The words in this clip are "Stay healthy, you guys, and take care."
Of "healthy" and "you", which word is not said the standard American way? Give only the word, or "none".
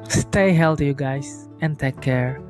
healthy